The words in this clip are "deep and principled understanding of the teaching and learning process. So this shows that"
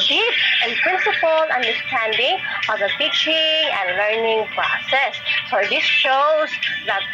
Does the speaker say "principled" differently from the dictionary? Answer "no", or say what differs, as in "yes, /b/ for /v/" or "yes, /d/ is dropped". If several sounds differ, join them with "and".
yes, /d/ is dropped